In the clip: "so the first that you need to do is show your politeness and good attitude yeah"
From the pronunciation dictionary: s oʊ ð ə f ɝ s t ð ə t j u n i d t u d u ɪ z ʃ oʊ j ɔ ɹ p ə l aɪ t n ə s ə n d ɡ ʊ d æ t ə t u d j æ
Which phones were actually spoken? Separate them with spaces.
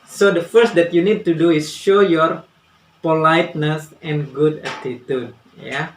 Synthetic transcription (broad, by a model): s oʊ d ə f ɝ s t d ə t j u n i d t u d u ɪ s ʃ oʊ j ɔ ɹ p ə l aɪ t n ə s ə n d ɡ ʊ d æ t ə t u d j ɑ